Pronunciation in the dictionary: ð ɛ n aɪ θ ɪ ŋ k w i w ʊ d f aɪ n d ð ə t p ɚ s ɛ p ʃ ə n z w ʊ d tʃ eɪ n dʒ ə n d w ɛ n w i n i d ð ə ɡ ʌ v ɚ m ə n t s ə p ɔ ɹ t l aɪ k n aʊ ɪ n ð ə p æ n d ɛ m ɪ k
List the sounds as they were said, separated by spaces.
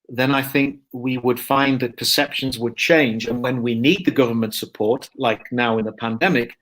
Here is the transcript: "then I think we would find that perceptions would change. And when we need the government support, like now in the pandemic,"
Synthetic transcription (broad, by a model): ð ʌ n aɪ θ ɪ ŋ k w i w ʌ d f aɪ n ð ə t p ɚ s ɛ p ʃ ə n z w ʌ d tʃ eɪ n dʒ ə n w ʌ n w i n i d ð ə ɡ ʌ v ɚ m ə n t s ə p ɔ ɹ t l aɪ k n aʊ ɪ n ð ə p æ n d ɛ m ɪ k